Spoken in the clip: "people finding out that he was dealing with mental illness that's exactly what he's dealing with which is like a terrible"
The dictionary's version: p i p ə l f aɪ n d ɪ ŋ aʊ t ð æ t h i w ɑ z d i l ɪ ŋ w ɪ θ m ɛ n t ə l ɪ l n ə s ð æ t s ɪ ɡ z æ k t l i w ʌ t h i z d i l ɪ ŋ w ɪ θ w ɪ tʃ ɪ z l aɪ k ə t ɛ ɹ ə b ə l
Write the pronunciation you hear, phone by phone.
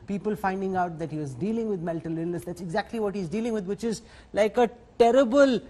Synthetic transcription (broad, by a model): p i p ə l f aɪ n d ɪ ŋ aʊ t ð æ t h i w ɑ z d i l ɪ ŋ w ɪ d m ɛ l t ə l ɪ l n ə s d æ t s ɪ ɡ z æ k t l i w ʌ t h i z d i l ɪ ŋ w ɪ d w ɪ tʃ ɪ z l aɪ k ə t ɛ ɹ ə b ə l